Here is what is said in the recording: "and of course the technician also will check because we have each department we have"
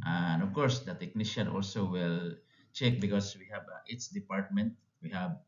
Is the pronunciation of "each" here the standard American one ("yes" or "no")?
no